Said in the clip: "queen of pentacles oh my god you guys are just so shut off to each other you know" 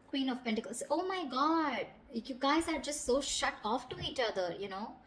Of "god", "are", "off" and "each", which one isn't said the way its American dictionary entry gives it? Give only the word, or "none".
none